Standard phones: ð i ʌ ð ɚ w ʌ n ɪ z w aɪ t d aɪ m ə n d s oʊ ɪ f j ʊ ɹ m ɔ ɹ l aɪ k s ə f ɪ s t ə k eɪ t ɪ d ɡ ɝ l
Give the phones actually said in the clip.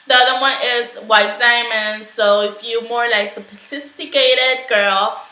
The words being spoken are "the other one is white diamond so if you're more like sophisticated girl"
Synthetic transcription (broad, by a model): ð i ʌ ð ɚ w ʌ n ɪ z w aɪ t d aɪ m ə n s oʊ ɪ f j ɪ m ɔ ɹ l aɪ k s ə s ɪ s t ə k eɪ t ɪ d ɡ ɝ l